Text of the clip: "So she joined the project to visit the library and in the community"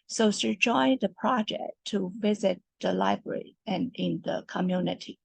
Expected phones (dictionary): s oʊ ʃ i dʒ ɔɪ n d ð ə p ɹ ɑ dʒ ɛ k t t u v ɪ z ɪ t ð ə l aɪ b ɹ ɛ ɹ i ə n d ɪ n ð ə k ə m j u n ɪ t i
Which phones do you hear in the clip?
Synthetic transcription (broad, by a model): s oʊ s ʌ dʒ ɔɪ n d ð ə p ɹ ɑ dʒ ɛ k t t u v ɪ z ɪ t ð ə l aɪ b ɹ ɛ ɹ i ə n ɪ n ð ə k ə m j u n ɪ t i